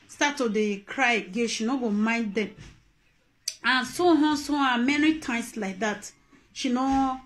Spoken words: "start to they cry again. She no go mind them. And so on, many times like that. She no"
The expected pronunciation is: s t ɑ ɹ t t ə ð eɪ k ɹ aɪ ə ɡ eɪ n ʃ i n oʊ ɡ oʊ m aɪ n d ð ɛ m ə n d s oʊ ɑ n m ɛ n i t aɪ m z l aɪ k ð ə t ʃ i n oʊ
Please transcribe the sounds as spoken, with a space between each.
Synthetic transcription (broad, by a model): s t ɑ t t ə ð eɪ k ɹ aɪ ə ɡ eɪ ʃ i n oʊ ɡ oʊ m aɪ n d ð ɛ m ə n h s oʊ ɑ m ɛ n i t aɪ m s l aɪ k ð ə t ʃ i n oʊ